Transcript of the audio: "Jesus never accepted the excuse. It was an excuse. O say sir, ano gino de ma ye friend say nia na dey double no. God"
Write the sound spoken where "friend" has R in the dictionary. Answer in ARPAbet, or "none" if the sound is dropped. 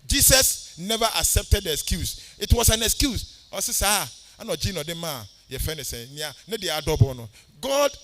none